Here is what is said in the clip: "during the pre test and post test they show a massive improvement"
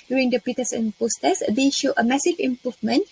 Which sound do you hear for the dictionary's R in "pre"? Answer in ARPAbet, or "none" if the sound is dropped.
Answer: none